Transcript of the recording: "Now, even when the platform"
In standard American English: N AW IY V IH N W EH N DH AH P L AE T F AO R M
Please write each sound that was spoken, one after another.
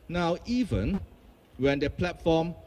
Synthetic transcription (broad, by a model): N AW IY V IH N W EH N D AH P L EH T F AO M